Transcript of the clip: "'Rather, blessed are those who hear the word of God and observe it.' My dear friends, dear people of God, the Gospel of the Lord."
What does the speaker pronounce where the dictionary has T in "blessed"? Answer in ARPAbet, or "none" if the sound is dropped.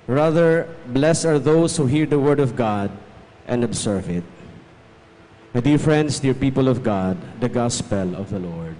none